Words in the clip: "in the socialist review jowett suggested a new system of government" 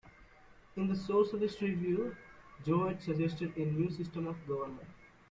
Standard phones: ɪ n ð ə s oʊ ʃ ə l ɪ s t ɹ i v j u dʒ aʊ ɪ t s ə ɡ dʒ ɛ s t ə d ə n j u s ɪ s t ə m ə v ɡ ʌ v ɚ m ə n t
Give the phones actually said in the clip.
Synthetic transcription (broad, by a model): ɪ n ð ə s oʊ s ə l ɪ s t ɹ i v j u dʒ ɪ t s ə dʒ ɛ s t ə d ə n j u s ɪ s t ə m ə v ɡ ʌ v ɚ m ə n t